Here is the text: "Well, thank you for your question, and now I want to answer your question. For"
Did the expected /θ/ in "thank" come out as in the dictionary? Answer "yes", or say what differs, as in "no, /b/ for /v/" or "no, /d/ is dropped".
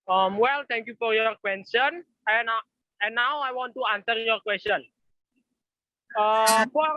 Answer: no, /t/ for /θ/